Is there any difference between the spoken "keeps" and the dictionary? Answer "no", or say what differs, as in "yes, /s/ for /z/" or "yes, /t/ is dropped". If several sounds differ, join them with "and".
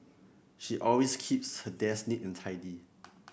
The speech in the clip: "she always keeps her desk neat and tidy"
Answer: no